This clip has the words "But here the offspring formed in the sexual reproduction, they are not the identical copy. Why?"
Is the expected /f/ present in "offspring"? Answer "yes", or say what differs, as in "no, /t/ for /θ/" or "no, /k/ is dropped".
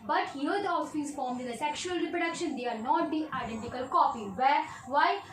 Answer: no, /f/ is dropped